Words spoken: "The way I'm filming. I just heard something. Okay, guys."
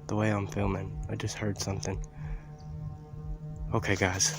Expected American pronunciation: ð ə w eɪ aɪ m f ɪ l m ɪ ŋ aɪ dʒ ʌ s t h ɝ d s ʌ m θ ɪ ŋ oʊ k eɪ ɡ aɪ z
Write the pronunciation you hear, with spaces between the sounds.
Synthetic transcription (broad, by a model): ð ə w eɪ aɪ m f ɪ l m ɪ ŋ aɪ dʒ ʌ s t h ɝ d s ʌ m θ ɪ ŋ oʊ k eɪ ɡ aɪ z